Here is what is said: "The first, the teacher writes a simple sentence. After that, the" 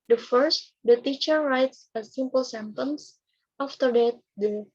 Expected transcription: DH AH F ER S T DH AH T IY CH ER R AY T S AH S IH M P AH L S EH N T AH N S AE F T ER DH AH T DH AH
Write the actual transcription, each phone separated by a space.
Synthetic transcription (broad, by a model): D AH F ER S T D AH T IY CH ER R AY T S AH S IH M P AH L S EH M T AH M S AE F T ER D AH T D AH